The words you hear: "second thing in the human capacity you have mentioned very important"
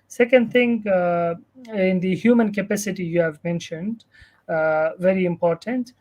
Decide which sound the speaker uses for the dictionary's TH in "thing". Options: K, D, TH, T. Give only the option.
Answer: T